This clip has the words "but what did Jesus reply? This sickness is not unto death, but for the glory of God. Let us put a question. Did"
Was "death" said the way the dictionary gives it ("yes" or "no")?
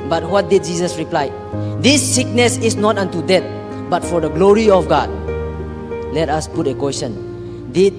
no